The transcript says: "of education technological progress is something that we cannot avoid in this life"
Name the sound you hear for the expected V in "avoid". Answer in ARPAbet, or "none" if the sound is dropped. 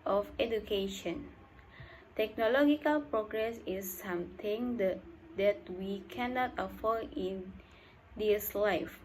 F